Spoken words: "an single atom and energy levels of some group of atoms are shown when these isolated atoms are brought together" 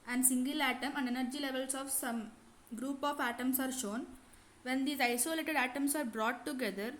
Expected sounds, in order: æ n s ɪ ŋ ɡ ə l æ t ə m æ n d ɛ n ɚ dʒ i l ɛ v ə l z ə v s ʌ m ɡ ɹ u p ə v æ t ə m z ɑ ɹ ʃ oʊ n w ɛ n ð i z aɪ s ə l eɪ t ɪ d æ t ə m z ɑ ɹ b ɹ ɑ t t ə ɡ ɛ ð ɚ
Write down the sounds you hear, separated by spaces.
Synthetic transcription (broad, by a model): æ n s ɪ ŋ ɡ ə l æ t ə m æ n d ɛ n ɚ dʒ i l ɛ v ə l s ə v s ʌ m ɡ ɹ u p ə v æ t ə m s ɑ ɹ ʃ oʊ n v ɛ n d i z aɪ s ə l eɪ t ɪ d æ t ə m s ɑ ɹ b ɹ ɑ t t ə ɡ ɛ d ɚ